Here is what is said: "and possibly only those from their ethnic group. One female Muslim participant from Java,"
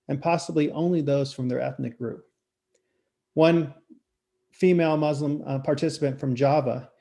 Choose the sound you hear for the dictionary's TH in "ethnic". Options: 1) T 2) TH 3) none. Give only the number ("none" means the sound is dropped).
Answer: 2